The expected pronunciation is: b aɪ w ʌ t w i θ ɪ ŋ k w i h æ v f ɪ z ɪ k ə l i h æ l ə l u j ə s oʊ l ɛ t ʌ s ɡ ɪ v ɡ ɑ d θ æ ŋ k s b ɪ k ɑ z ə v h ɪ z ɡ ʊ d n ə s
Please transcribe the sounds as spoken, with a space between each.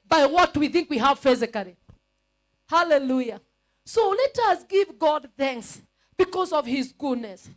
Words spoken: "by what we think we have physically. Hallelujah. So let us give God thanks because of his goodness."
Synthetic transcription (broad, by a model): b aɪ w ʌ t w i θ ɪ ŋ k w i h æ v f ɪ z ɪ k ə l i h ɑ l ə l u j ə s oʊ l ɛ t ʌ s ɡ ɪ v ɡ ɑ d θ æ ŋ k s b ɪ k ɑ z ə v h ɪ z ɡ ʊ d n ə s